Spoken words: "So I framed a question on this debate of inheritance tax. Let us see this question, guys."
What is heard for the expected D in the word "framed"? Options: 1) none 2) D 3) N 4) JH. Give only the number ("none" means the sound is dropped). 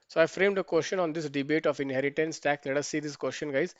2